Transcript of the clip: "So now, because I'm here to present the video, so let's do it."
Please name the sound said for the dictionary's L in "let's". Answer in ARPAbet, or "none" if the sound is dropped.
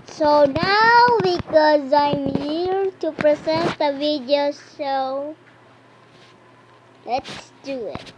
L